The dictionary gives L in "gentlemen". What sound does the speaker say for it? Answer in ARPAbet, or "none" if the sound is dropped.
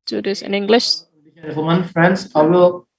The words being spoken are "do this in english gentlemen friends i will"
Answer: none